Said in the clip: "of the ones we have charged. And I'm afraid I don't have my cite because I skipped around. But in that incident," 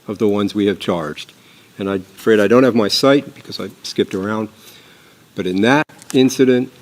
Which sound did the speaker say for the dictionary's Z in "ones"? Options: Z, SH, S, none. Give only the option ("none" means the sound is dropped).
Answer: Z